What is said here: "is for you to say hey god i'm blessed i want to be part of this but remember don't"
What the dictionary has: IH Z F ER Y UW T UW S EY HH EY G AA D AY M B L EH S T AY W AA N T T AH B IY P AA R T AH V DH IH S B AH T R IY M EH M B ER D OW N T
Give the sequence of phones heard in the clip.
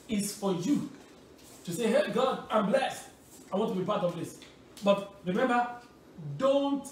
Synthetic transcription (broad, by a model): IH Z F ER Y UW T UW S EY HH EY G AA D AY M B L EH S T AY W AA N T T AH B IY P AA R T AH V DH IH S B AH T R IY M EH M B ER D OW N T